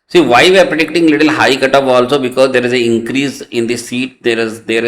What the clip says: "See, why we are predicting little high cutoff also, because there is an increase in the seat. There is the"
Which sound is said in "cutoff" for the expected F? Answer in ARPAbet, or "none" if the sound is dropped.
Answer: P